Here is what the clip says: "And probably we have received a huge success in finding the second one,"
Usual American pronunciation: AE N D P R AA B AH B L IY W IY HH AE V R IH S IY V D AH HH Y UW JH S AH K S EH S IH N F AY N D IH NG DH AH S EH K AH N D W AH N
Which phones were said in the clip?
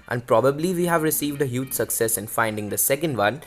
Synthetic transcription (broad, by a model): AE N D P R AA B AH B L IY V IY HH AE V R IH S IY V D AH HH Y UW JH S AH K S EH S IH N F AY N D IH NG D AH S EH K AH N D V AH N